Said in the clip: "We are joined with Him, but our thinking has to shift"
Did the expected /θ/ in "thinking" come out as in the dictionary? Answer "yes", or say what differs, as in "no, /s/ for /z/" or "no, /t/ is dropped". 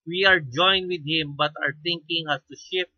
no, /t/ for /θ/